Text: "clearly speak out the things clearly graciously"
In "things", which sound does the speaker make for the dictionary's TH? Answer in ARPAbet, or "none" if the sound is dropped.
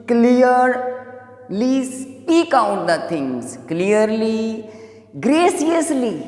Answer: T